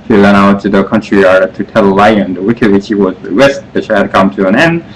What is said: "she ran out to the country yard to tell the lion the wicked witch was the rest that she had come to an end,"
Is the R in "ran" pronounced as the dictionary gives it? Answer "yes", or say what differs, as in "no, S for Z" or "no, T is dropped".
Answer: no, L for R